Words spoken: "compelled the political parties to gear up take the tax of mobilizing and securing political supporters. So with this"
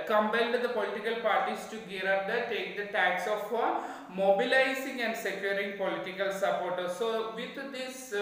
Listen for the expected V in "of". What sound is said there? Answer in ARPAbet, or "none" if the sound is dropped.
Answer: F